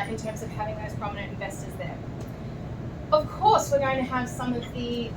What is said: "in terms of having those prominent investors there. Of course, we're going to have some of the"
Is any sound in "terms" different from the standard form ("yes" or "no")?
no